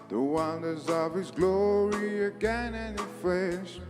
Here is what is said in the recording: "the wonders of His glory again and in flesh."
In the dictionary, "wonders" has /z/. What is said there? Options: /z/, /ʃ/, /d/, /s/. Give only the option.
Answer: /z/